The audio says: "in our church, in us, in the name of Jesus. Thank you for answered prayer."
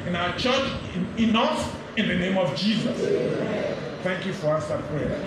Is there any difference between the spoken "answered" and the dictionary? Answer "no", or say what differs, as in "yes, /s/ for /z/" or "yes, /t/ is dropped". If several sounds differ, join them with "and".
yes, /n/ is dropped